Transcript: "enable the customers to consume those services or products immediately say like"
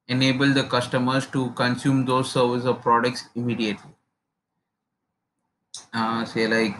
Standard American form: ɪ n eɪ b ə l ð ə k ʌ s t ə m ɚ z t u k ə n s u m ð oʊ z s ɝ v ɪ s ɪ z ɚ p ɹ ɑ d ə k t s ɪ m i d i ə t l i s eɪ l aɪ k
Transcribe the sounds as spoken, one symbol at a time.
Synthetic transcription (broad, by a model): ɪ n eɪ b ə l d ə k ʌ s t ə m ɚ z t u k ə n s u m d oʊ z s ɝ v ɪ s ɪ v p ɹ ɑ d ə k t s ɪ m i d i ə t l i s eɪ l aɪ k